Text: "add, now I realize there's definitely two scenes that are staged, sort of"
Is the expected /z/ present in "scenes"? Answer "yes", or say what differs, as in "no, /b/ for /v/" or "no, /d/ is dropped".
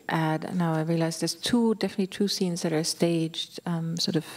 yes